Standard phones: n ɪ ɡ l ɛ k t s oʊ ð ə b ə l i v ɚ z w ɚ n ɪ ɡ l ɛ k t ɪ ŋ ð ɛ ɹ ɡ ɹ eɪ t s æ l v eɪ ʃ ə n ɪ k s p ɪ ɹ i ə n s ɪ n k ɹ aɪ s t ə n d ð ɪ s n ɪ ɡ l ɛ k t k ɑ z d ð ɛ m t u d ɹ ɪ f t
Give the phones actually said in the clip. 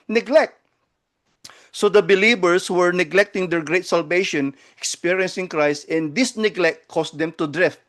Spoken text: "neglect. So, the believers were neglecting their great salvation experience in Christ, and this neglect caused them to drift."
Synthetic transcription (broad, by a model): n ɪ ɡ l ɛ k t s oʊ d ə b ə l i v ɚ s w ɚ n ɪ ɡ l ɛ k t ɪ ŋ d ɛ ɹ ɡ ɹ eɪ t s æ l v eɪ ʃ ə n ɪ k s p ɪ ɹ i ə n s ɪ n k ɹ aɪ s t ə n d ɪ s n ɪ ɡ l ɛ k t k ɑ s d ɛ m t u d ɹ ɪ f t